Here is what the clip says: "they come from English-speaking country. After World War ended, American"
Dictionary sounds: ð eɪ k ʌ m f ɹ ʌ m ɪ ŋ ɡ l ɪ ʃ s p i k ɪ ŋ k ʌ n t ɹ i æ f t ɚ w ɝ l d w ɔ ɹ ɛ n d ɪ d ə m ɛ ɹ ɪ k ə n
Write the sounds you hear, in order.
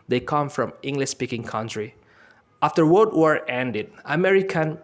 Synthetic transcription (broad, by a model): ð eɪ k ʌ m f ɹ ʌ m ɪ ŋ ɡ l ɪ ʃ s p i k ɪ ŋ k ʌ n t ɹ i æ f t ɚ w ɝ d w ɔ ɹ ɛ n d ɪ d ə m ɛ ɹ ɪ k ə n